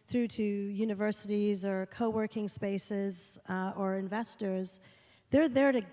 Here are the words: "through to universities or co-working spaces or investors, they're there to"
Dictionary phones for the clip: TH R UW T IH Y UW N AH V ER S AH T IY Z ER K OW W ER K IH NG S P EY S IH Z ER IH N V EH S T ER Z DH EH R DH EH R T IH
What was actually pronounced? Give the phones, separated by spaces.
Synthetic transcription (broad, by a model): TH R UW T IH Y UW N AH V ER S AH T IY Z ER K OW W ER K IH NG S P EY S IH Z ER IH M V EH S T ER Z DH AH R DH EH R T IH